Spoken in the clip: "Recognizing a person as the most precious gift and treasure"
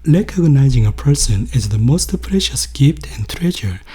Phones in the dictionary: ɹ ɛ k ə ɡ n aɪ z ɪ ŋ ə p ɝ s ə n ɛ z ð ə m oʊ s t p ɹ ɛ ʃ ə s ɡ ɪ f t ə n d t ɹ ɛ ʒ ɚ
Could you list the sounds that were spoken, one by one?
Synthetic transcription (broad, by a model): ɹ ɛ k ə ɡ n aɪ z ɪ ŋ ə p ɝ s ə n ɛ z ð ə m oʊ s t p ɹ ɛ ʃ ə s ɡ ɪ f t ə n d t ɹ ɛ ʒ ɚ